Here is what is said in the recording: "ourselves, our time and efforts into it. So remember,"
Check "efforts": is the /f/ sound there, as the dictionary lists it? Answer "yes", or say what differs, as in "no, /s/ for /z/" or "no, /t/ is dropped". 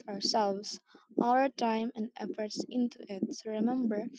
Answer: yes